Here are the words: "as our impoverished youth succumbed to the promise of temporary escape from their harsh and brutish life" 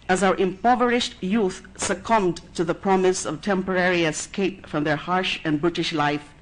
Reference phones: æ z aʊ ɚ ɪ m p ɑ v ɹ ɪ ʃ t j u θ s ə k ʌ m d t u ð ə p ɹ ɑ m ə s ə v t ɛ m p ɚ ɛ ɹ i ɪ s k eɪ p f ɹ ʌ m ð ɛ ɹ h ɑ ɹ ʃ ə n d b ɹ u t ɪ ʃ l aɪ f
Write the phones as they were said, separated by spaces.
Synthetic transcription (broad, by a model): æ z aʊ ɚ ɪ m p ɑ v ɹ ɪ ʃ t j u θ s ə k ʌ m d t u ð ə p ɹ ɑ m ə s ə v t ɛ m p ɚ ɛ ɹ i ɪ s k eɪ p f ɹ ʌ m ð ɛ ɹ h ɑ ɹ ʃ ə n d b ɹ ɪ t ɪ ʃ l aɪ f